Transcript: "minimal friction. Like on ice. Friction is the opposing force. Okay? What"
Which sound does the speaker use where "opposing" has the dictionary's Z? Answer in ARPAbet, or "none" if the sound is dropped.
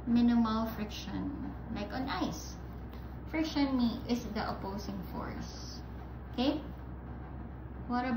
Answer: S